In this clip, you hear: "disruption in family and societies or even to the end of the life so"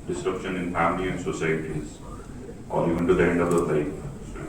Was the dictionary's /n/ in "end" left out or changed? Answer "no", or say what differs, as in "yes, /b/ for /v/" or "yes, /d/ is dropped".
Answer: no